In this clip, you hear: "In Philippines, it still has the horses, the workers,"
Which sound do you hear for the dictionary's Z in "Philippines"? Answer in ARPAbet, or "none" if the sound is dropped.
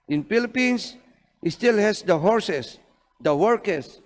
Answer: S